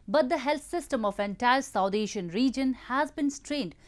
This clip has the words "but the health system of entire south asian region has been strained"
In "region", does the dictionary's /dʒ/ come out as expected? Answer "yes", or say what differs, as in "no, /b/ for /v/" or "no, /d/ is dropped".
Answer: yes